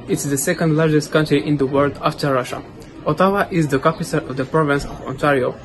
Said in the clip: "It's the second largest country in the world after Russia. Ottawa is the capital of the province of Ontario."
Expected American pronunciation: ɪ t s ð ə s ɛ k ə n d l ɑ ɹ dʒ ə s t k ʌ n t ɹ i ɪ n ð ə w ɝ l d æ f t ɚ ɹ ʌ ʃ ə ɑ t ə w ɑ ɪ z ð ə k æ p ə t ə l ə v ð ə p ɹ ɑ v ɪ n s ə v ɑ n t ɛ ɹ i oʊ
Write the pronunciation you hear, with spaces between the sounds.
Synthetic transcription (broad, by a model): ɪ t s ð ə s ɛ k ə n d l ɑ ɹ dʒ ə s t k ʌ n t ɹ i ɪ n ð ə w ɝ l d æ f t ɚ ɹ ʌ ʃ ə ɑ t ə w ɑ ɪ z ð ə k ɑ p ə s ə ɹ ə v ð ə p ɹ ɑ v ɪ n s ə v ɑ n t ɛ ɹ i oʊ